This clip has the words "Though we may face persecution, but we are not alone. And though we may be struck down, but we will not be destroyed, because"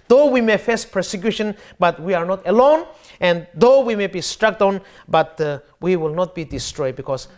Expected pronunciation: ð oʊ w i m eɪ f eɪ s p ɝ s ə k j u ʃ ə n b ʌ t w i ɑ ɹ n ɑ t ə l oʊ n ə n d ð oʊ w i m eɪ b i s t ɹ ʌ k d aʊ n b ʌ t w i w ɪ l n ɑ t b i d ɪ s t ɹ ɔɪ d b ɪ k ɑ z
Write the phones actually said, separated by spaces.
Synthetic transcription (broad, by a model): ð oʊ w i m eɪ f eɪ s p ɝ s ə k j u ʃ ə n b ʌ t w i ɑ ɹ n ɑ t ə l oʊ n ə n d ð oʊ w i m eɪ b i s t ɹ ʌ k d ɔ n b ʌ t w i w ɪ l n ɑ t b i d ɪ s t ɹ ɔɪ d b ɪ k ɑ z